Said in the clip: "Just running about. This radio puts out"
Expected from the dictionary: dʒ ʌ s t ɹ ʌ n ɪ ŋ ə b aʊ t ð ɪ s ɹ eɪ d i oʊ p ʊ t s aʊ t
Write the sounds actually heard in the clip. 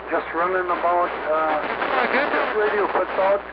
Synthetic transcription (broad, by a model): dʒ ʌ s t ɹ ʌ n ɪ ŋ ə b aʊ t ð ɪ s ɹ eɪ d i oʊ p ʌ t ɔ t